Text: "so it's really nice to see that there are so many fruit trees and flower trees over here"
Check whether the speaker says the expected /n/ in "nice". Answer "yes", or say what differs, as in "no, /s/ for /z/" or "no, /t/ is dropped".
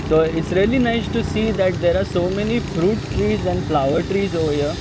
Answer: yes